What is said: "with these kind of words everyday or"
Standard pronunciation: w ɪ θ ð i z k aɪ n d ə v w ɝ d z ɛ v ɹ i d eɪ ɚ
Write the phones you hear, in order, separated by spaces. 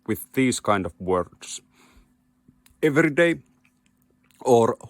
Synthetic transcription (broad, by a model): w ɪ ð i z k aɪ n d ə v w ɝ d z ɛ v ɹ i d eɪ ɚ